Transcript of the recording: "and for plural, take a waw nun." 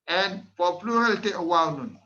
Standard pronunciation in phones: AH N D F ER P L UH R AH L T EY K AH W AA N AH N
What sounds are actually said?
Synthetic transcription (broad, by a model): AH N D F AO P L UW R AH L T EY AH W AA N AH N